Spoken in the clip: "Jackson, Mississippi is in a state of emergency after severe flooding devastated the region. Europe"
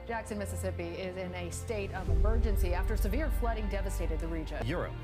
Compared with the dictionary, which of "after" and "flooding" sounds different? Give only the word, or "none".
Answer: none